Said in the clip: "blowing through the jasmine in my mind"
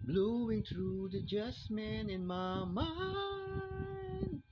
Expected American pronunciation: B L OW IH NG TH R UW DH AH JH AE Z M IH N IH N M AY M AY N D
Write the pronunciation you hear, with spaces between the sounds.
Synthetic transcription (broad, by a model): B L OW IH NG TH R UW DH AH JH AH S M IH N IH N M AY M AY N